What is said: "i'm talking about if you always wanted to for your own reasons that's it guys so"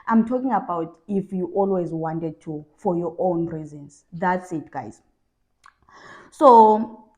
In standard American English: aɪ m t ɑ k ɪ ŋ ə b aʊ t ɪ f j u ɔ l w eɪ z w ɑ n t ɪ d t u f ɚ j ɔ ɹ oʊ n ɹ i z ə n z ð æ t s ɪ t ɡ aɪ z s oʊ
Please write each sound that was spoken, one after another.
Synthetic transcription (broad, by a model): aɪ m t ɑ k ɪ ŋ ə b aʊ t ɪ f j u ɔ l w eɪ z w ɑ n t ɪ d t u f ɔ j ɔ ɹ oʊ n ɹ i z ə n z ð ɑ t s ɪ t ɡ aɪ z s oʊ